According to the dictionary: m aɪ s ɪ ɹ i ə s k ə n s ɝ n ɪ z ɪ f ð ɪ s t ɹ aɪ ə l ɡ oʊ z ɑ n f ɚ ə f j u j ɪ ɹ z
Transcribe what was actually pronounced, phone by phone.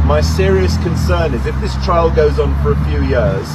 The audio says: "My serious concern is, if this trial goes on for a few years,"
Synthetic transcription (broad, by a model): m aɪ s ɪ ɹ i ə s k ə n s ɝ n ɪ z ɪ f ð ɪ s t ɹ aɪ ə l ɡ oʊ z n f ɚ ə f j u j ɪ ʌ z